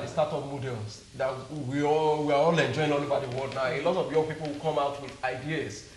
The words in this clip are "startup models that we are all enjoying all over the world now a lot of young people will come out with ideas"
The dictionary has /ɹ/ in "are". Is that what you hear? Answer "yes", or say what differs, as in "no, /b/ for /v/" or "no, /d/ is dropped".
no, /w/ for /ɹ/